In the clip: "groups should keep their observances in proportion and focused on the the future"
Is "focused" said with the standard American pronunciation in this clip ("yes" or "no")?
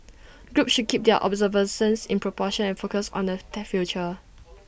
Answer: no